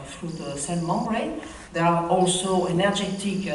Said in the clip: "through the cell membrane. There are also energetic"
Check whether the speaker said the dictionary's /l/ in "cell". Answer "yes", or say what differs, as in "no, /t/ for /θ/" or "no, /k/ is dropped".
no, /n/ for /l/